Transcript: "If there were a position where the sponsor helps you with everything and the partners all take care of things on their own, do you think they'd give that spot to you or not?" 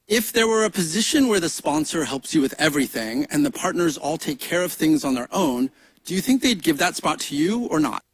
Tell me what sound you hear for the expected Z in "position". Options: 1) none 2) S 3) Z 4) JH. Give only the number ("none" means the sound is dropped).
3